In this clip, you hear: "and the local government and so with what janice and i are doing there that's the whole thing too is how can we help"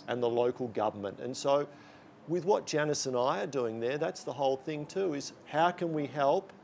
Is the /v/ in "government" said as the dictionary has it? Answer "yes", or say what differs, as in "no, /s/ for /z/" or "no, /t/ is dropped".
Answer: yes